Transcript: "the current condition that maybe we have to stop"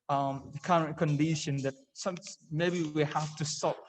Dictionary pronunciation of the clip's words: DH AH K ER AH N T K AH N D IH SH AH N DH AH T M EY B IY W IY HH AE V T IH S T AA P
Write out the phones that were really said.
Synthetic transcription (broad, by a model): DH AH K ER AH N K AH N D IH SH AH N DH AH T M EY B IY W IY HH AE F T IH S T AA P